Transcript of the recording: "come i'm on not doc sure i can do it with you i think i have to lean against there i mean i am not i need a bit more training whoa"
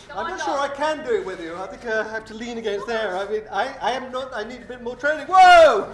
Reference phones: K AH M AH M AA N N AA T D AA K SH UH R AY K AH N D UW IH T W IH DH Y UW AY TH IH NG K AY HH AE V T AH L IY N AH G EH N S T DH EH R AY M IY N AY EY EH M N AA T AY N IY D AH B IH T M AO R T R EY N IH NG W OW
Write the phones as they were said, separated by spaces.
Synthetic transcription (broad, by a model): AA AH M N N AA T SH UH R AY K AH N D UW IH T W IH DH Y UW AY TH IH NG K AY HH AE F T AH L IY N AH G EH N S T DH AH R AY M IY N AY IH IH M N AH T AY N IY D AH B IH T M AO R T R EY N IH NG W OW